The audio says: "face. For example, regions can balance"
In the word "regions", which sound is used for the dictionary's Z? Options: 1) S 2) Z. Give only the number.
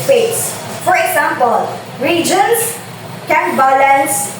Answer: 1